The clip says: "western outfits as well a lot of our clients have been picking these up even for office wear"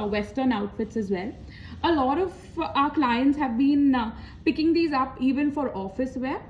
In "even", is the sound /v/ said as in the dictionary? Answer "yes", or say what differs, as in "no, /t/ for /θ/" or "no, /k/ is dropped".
yes